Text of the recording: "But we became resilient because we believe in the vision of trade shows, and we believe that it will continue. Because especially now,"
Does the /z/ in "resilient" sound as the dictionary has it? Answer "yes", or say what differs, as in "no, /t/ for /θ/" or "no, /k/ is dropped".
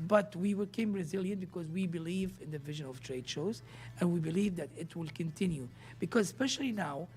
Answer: yes